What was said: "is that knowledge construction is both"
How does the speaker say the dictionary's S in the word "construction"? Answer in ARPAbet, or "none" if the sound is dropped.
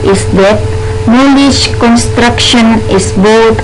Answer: S